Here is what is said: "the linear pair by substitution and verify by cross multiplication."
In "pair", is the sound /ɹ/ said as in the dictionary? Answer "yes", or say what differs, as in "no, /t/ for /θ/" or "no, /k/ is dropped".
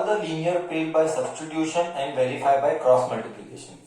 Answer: no, /l/ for /ɹ/